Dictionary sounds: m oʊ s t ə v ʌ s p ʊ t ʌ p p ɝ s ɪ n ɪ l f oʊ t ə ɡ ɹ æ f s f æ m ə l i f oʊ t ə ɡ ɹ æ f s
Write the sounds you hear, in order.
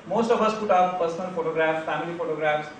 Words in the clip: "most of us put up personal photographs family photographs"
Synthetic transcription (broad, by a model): m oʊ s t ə b ʌ s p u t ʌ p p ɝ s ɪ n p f oʊ t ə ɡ ɹ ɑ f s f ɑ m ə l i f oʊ t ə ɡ ɹ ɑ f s